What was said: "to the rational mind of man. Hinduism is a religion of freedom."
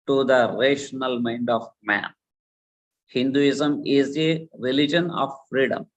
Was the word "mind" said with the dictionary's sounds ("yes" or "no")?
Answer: yes